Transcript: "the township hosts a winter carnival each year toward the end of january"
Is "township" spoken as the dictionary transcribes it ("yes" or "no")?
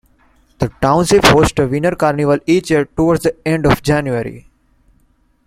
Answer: no